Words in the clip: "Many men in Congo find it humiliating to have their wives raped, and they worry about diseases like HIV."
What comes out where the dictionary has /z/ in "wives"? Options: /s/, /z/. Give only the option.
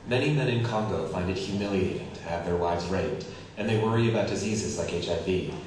/z/